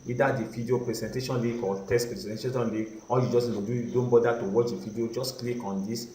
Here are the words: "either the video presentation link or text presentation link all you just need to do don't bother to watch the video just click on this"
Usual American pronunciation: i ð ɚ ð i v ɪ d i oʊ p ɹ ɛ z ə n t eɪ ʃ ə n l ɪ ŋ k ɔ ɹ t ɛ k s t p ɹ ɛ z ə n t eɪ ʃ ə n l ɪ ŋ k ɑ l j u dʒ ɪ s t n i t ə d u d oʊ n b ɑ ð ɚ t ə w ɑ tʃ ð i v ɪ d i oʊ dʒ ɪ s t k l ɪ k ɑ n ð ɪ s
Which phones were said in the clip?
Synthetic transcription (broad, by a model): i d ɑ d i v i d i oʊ p ɹ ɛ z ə n t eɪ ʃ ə n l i k ɔ l t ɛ s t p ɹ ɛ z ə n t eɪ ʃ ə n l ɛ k ɑ l j u dʒ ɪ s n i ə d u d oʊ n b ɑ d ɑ t ə w ɑ tʃ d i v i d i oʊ dʒ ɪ s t k l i k ɑ n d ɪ s